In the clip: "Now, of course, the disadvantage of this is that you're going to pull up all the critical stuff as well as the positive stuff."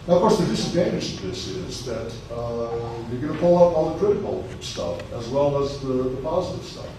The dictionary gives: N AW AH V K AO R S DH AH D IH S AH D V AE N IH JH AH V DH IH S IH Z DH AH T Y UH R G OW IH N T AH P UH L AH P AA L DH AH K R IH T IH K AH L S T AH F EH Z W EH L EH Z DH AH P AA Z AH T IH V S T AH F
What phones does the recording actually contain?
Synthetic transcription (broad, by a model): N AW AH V K AO R S DH AH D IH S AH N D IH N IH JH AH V DH IH S IH Z DH AH T Y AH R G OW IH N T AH P UH L AH P AA L DH AH K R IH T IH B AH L S T AH F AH Z W EH L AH Z DH AH P AA Z AH T IH V S T AH F